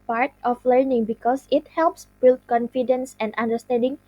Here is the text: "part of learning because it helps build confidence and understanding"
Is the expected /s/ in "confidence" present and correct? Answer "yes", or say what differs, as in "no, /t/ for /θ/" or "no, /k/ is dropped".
yes